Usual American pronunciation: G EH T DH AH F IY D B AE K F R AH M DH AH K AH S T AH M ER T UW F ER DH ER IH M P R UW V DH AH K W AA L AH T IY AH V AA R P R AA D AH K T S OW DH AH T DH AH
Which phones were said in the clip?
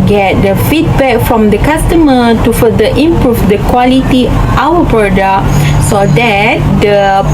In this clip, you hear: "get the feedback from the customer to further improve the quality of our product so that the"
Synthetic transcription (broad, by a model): G EH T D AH F IY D B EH K F R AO M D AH K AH S T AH M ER T UW F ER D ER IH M P R UW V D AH K W AA L AH T IY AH W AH P R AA D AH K S OW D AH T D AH